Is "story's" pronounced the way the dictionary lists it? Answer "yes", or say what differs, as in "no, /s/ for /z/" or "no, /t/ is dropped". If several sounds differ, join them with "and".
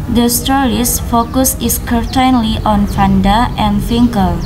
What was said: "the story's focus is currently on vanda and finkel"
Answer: no, /s/ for /z/